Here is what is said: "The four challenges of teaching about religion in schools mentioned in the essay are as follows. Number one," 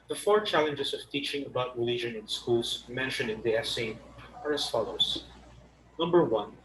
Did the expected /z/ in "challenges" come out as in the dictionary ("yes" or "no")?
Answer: no